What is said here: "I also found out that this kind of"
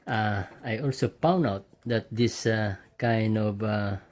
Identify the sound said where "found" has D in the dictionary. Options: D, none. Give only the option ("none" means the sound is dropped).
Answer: none